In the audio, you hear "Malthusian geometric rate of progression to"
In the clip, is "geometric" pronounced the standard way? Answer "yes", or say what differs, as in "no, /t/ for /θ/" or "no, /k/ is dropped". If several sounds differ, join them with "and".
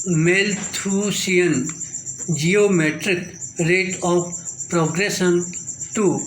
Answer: yes